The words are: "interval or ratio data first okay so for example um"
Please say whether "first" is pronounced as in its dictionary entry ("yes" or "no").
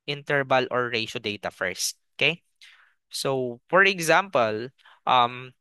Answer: yes